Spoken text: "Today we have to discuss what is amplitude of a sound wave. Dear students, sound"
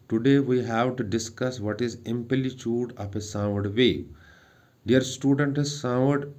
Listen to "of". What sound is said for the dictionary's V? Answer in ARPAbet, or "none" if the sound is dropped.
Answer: P